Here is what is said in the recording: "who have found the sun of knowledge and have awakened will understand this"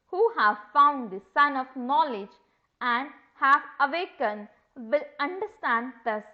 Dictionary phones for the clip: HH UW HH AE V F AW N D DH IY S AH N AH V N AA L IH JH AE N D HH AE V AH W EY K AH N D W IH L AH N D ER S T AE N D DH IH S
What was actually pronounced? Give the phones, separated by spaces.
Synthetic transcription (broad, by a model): HH UW HH AE V F AW N D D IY S AH N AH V N AA L IH JH AE N D HH AE V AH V EY K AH N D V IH L AH N D ER S T AE N D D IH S